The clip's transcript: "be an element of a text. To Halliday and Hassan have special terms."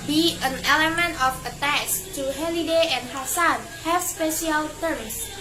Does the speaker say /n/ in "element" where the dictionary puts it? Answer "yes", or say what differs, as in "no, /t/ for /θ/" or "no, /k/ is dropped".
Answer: yes